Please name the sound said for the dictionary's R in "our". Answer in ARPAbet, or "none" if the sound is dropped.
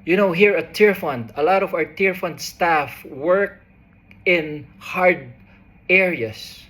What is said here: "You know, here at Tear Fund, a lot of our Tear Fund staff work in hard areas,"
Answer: R